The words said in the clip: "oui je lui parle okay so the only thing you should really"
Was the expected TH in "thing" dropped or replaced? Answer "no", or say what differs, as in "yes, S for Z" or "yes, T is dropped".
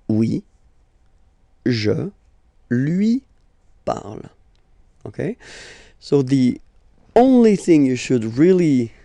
no